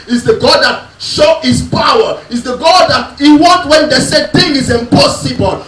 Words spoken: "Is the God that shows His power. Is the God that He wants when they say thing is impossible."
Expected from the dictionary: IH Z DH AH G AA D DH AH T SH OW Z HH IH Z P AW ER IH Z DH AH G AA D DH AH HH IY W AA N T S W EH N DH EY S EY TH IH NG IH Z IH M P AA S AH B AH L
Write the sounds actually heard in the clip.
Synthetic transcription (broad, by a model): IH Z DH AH G AA D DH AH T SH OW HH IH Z P AW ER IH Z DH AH G AA D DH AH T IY W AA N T W EH N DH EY S EY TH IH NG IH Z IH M P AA S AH B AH L